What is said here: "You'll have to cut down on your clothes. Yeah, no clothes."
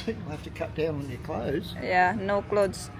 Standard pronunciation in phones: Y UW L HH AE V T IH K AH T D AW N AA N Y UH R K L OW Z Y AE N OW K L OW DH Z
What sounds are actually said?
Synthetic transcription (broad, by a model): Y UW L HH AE F T IH K AH T D AW N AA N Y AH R K L OW Z Y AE N OW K L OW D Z